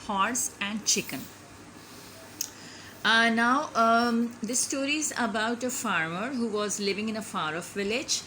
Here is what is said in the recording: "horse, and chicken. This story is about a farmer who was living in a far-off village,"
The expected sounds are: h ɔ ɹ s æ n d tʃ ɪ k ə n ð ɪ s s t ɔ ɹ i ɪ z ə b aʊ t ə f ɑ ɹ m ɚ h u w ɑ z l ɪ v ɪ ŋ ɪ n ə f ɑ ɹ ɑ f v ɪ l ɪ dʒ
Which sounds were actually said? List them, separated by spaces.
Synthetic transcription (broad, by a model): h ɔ ɹ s æ n d tʃ ɪ k ə n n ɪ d s t ɔ ɹ i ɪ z ə b aʊ t ə f ɑ ɹ m ɚ h u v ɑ z l ɪ v ɪ ŋ ɪ n ə f ɑ ɹ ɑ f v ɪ l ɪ dʒ